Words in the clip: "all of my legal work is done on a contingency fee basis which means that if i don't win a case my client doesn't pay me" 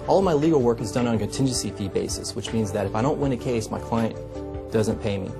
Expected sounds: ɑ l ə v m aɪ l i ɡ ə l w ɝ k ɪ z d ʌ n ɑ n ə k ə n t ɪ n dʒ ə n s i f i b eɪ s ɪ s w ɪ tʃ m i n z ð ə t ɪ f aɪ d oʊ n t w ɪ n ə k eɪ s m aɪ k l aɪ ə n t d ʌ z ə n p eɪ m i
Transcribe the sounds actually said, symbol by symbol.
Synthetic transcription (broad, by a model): ɑ l ə v m aɪ l i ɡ l w ɝ k ɪ z d ʌ n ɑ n ə k ə n t ɪ n dʒ ə n s i f i b eɪ s ɪ s w ɪ tʃ m i n z ð ə t ɪ f aɪ d oʊ n t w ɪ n ə k eɪ s m aɪ k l aɪ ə n d ʌ z ə n p eɪ m i